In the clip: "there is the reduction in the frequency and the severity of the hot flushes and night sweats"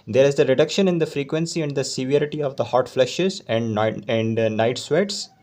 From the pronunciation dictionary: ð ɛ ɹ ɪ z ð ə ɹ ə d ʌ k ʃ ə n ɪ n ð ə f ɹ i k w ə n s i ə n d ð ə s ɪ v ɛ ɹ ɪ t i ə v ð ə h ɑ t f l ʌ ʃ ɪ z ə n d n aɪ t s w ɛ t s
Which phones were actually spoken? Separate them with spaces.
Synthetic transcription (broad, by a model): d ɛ ɹ ɪ z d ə ɹ ə d ʌ k ʃ ə n ɪ n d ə f ɹ i k w ə n s i ə n d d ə s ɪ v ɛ ɹ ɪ t i ə v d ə h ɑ t f l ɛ ʃ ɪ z ə n d n aɪ t s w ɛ t s